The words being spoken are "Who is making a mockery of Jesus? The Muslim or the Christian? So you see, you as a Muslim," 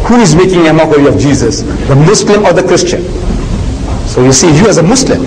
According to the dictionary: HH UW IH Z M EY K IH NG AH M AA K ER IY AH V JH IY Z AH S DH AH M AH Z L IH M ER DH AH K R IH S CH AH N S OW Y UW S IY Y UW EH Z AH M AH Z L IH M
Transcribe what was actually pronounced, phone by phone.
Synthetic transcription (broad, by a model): HH UW IH Z M EY K IH NG AH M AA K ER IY AH V JH IY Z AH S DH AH M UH S L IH M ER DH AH K R IH S CH AH N S OW Y UW S IY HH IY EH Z AH M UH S L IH M